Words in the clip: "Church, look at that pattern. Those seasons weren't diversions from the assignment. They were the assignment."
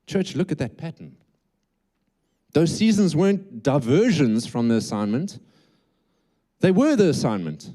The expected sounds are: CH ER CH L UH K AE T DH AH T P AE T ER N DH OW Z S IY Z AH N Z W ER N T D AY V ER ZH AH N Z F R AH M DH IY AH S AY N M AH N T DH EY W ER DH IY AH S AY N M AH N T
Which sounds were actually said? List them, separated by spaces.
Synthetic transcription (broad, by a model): CH ER CH L UH K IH T DH AH T P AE T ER N DH OW Z S IY Z AH N Z W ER N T D AY V ER ZH AH N Z F R AH M DH IY AH S AY N M AH N T DH EY W ER DH IY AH S AY N M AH N T